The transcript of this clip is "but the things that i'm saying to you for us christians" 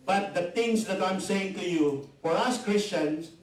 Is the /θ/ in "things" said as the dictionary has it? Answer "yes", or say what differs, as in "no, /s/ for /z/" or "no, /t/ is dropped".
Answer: no, /t/ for /θ/